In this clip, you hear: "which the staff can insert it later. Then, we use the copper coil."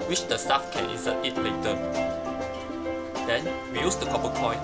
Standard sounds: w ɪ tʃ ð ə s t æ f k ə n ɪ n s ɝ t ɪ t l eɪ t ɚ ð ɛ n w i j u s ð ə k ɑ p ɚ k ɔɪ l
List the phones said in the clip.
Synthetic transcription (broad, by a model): w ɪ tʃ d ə s t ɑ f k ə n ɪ s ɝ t ɪ t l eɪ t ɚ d ɛ n w i j u s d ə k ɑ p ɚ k ɔɪ